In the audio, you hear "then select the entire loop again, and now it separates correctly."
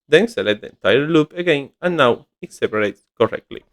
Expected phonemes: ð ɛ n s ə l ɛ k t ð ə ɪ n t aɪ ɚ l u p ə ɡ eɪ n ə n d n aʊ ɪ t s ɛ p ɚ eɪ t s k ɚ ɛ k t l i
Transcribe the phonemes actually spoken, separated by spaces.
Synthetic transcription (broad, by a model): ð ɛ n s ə l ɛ t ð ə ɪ n t aɪ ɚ l u p ə ɡ eɪ n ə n n aʊ ɪ t s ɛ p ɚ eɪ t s k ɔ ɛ k t l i